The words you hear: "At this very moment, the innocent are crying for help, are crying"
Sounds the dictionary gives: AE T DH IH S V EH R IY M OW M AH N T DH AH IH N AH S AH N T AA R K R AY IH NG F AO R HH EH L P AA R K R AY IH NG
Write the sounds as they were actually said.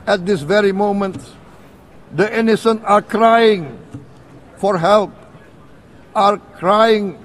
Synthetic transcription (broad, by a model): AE T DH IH S V EH R IY M OW M AH N T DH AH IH N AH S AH N AA R K R AY IH NG F AO R HH EH L P AA R K R AY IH NG